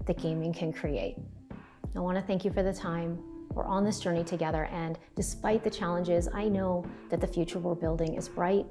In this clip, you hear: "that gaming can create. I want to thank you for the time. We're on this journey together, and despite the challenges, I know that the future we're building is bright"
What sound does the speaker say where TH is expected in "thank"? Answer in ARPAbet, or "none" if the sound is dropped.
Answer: TH